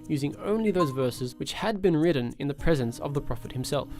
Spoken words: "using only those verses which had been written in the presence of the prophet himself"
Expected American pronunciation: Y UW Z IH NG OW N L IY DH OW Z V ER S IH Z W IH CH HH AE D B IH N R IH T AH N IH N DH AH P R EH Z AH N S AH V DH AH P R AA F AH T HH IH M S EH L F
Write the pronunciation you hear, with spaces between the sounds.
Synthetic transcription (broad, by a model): Y UW Z IH NG OW N L IY DH OW Z V ER S IH Z W IH CH HH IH D B IH N R IH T N IH N DH AH P R EH Z AH N S AH V DH AH P R AA F AH T HH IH M S EH L F